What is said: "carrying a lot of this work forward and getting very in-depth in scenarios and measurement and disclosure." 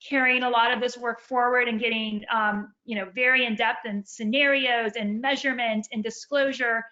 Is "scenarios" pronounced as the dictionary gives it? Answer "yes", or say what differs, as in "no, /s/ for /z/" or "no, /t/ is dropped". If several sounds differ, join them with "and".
yes